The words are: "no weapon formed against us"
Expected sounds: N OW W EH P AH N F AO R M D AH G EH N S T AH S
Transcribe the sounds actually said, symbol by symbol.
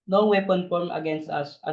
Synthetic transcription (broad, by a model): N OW W EH P AH N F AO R M AH G EH N S T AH S